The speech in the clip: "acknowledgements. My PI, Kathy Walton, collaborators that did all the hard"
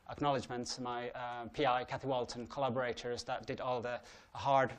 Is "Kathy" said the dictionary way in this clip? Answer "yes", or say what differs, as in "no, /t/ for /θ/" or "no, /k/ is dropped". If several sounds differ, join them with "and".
yes